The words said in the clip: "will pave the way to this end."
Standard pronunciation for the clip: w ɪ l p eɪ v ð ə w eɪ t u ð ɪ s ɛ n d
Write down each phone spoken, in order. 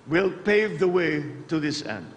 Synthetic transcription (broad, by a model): w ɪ l p eɪ v ð ə w eɪ t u ð ɪ s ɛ n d